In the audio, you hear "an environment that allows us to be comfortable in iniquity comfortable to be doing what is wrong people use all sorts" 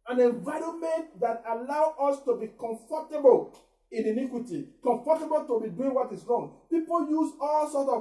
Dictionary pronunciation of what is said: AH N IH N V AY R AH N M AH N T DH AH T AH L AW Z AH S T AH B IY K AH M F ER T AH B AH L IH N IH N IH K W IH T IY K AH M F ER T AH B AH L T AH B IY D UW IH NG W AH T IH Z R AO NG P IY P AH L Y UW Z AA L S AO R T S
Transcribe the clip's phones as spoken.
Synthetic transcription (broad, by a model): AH N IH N V AY R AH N M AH N T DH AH T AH L AW AO S T AH B IY K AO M F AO T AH B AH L IH N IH N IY K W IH T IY K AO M F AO T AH B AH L T AH B IY D UW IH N W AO T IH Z R AO NG P IY P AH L Y UW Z AA L S AO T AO